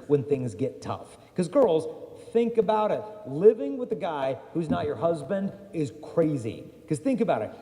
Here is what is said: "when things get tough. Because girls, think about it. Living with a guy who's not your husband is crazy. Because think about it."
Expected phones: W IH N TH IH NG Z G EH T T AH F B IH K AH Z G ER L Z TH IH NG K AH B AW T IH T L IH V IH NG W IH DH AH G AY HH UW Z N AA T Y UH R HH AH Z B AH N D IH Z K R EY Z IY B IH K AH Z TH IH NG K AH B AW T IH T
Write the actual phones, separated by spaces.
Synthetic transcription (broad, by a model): W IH N TH IH NG Z G EH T T AH F K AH Z G ER L Z TH IH NG K AH B AW T IH T L IH V IH NG W IH DH AH G AY HH UW Z N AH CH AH R HH AH Z B AH N D IH Z K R EY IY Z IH K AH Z TH IH NG K AH B AW T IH T